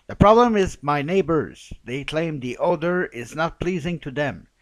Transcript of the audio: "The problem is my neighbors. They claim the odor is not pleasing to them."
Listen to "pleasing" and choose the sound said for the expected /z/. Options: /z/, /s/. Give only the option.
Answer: /z/